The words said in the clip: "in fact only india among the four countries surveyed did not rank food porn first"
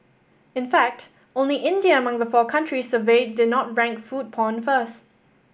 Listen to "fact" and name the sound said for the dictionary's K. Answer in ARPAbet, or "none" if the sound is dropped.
K